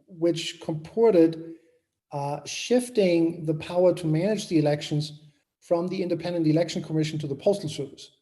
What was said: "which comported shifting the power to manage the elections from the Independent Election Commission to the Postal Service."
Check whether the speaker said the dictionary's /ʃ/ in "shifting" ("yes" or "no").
yes